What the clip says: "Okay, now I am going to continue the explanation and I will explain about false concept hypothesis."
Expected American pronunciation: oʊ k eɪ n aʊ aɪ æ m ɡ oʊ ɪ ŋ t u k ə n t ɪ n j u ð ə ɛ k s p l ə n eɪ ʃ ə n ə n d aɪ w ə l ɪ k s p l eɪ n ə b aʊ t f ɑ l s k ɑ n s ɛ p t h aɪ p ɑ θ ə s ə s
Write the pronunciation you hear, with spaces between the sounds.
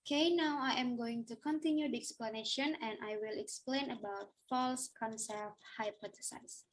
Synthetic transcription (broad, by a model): k eɪ n aʊ aɪ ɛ m ɡ oʊ ɪ ŋ t u k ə n t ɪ n j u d ɛ k s p l ə n eɪ ʃ ə n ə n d aɪ w ə l ɪ k s p l eɪ n ə b aʊ t f ɑ l s k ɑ n s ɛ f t h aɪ p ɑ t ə s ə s